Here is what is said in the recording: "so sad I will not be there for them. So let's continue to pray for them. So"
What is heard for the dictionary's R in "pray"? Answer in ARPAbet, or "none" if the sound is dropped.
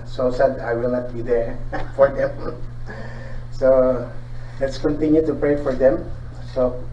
R